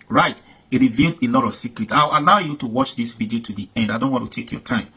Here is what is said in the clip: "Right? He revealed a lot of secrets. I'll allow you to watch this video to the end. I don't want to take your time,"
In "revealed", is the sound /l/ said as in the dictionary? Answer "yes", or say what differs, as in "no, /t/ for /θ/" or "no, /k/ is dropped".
yes